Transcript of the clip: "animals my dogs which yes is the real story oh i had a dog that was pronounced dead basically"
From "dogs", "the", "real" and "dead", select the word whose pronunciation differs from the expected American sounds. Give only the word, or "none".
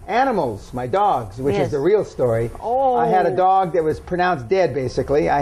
none